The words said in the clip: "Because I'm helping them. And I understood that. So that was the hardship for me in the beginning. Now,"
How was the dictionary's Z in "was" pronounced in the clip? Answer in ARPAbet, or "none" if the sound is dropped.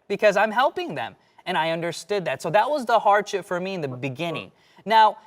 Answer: Z